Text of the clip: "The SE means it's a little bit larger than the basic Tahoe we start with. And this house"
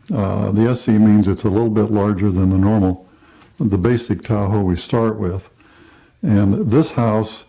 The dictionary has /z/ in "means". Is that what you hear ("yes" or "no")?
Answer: yes